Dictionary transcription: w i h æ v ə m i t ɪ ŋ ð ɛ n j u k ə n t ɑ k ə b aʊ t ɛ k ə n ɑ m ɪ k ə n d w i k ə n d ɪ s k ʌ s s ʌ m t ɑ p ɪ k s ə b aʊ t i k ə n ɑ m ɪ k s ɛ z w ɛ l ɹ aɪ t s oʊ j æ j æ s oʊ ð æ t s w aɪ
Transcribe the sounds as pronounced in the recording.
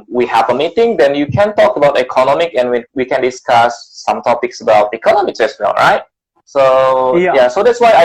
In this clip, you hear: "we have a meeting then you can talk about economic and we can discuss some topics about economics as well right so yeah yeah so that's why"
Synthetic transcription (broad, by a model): w i h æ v ə m i t ɪ ŋ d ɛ n j u k ə n t ɑ k ə b aʊ t ɛ k ə n ɑ m ɪ k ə n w w i k ə n d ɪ s k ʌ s s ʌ m t ɑ p ɪ k s ə b aʊ t i k ə n ɑ m ɪ k s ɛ s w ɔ n ɹ aɪ t s oʊ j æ s oʊ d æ t s w aɪ